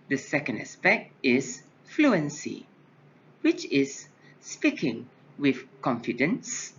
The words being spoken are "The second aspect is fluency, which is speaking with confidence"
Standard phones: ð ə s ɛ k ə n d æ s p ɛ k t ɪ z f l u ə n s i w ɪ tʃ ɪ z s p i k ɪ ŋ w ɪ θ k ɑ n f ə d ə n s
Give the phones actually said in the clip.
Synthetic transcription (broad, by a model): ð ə s ɛ k ə n d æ s p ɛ k t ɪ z f l u ə n s i w ɪ tʃ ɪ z s p i k ɪ ŋ w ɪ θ k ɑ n f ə d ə n s